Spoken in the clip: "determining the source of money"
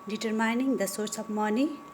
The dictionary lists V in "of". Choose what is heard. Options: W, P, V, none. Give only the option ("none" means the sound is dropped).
P